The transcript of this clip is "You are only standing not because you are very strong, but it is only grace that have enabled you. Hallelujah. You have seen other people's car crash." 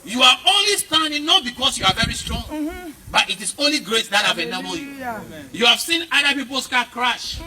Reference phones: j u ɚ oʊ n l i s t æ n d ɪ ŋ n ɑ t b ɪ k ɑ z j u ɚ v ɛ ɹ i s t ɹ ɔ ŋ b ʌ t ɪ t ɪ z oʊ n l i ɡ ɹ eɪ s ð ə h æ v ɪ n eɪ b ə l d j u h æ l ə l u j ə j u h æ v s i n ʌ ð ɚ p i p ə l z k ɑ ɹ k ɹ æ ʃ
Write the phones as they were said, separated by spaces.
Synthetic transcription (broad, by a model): j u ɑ oʊ n l i s t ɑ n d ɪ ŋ n ɑ t b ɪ k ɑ s j u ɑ v ɛ ɹ i s t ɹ ɔ ŋ b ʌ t ɪ t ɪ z oʊ n l i ɡ ɹ eɪ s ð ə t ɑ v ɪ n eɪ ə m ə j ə j u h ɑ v s i n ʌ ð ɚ p i p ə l s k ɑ k ɹ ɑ ʃ